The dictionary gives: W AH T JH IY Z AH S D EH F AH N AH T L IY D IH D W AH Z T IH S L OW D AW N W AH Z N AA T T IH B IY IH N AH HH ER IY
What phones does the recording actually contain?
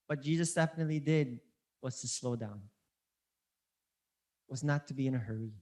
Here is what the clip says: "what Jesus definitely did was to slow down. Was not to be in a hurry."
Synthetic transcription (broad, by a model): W AH T JH IY Z AH S D EH F AH N AH T L IY D IH D W AH Z T IH S L OW D AW N W AH Z N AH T T IH B IY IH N AH HH ER IY